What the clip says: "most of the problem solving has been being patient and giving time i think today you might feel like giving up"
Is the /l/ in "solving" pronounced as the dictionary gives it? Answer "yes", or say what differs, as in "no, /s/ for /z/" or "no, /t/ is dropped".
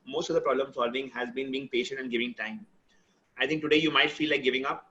yes